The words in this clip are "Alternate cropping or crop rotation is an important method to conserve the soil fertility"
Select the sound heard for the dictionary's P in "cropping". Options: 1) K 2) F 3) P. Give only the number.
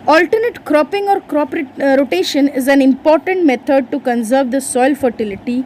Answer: 3